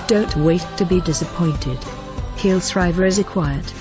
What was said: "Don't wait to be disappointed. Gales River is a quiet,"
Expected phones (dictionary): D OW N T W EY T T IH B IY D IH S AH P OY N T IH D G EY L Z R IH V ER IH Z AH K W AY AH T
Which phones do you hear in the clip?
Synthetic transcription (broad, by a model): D OW N T W EY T T IH B IY D IH S AH P OY N T IH D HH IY L S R IH V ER IH Z AH K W AY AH T